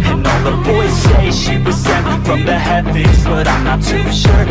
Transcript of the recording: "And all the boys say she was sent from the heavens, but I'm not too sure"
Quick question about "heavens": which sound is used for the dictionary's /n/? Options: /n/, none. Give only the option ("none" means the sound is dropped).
none